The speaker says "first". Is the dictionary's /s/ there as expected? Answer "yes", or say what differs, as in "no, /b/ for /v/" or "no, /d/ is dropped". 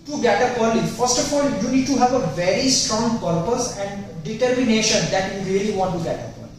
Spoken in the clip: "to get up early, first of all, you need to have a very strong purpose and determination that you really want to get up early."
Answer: yes